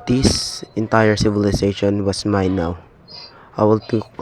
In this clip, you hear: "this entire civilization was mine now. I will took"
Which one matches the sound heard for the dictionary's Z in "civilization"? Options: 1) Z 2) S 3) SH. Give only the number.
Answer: 2